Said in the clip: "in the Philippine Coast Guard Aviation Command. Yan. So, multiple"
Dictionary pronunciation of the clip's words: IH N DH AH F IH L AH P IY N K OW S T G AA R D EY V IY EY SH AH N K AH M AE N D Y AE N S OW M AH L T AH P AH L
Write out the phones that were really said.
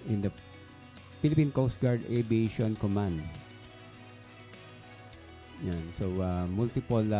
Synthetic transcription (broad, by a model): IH N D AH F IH L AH P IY N K OW S T G AA R D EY B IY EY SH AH N K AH M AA N D Y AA N S OW M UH L T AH P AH L